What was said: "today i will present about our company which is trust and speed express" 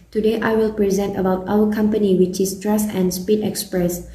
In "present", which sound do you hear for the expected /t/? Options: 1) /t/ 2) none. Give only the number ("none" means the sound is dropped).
1